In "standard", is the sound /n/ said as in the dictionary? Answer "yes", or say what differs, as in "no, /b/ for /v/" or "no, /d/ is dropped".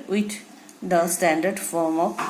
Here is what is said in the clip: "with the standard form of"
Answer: yes